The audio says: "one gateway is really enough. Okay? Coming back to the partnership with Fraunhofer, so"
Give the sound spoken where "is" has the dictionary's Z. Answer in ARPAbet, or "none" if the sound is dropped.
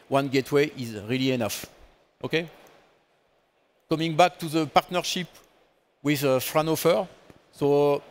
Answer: Z